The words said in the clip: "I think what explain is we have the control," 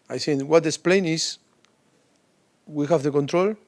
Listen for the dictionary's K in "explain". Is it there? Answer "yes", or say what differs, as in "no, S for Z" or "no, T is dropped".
no, K is dropped